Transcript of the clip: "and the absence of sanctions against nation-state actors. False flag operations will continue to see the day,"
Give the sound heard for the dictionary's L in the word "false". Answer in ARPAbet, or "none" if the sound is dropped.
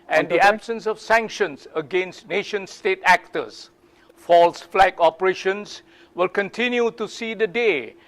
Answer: L